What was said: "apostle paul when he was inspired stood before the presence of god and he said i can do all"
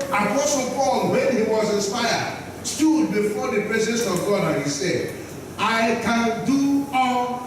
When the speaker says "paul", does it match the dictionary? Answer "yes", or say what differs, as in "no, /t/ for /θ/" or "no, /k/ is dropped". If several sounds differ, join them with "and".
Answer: yes